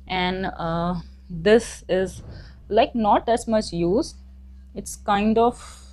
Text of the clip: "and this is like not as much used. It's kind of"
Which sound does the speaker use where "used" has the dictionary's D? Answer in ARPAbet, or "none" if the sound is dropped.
none